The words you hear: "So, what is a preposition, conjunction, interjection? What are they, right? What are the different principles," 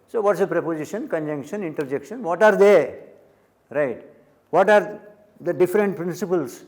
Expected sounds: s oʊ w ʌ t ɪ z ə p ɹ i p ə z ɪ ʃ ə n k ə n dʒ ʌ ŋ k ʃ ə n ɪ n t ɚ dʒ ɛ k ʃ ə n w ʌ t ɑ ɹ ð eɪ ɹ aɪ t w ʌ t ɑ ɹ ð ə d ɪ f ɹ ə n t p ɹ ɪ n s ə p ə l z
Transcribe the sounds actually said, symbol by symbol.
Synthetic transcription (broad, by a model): s oʊ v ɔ t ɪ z ə p ɹ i p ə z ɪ ʃ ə n k ə n dʒ ʌ ŋ k ʃ ə n ɪ n t ɚ dʒ ɛ k ʃ ə n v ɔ t ɑ ɹ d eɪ ɹ aɪ t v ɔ t ɑ ɹ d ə d ɪ f ɹ ə n t p ɹ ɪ n s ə p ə l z